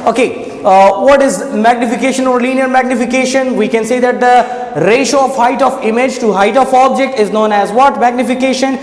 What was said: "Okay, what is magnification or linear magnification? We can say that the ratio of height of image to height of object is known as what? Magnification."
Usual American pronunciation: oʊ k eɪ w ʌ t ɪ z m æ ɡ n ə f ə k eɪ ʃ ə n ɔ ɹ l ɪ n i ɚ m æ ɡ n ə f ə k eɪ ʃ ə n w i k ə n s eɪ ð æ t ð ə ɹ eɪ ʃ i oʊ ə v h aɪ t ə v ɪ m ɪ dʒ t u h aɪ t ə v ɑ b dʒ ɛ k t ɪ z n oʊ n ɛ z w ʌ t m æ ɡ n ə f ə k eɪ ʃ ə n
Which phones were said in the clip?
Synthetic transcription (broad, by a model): oʊ k eɪ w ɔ t ɪ z m æ ɡ n ə f ə k eɪ ʃ ə n ɔ ɹ l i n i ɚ m æ ɡ n ə f ə k eɪ ʃ ə n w i k ə n s eɪ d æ t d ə ɹ eɪ ʃ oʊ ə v h aɪ t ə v ɪ m ɪ dʒ t u h aɪ t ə f ɑ b dʒ ɛ k t ɪ z n oʊ n ɛ z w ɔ t m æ ɡ n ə f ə k eɪ ʃ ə n